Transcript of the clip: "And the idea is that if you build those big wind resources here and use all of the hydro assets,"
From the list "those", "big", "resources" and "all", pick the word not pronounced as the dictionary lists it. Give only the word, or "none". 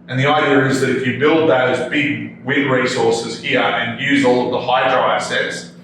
none